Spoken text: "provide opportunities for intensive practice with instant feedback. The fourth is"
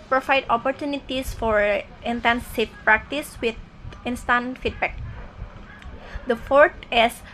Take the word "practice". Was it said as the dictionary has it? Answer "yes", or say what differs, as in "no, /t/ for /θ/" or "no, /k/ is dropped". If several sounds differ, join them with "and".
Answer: yes